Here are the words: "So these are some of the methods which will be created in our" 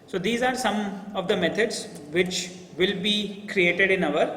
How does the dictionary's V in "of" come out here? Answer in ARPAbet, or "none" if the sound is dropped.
V